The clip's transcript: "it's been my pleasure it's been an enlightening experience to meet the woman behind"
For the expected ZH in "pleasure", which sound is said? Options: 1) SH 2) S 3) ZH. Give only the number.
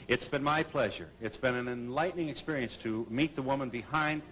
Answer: 3